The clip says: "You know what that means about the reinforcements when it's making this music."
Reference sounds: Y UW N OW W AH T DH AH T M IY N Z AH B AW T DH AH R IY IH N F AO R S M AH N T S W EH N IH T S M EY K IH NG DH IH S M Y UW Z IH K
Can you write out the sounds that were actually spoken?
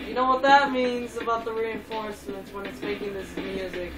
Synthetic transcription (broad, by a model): Y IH N OW W AH T DH AH T M IY N Z AH B AW T DH AH R IY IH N F AO R S M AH N T W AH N IH T S M EY K IH NG DH IH S M Y UW Z IH K